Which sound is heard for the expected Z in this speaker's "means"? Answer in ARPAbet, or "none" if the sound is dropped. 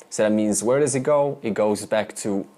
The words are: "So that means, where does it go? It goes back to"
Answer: Z